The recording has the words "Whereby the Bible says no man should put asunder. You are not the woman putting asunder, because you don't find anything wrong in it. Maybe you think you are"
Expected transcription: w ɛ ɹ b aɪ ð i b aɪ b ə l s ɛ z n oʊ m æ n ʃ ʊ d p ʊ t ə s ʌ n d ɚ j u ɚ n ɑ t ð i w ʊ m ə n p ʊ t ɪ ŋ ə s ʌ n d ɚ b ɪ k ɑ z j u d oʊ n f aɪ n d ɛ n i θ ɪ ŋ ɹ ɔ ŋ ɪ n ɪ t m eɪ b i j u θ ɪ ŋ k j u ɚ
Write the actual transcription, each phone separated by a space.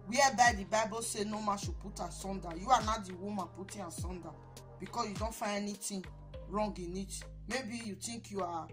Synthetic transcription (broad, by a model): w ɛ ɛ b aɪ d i b aɪ b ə s ɛ n oʊ m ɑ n ʃ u p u t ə s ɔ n d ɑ j u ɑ n ɑ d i w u m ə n p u t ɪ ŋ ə s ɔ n d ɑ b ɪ k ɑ s j u d oʊ n f aɪ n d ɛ n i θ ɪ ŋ ɹ ɔ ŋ ɪ n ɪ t m eɪ b i j u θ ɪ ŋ k j u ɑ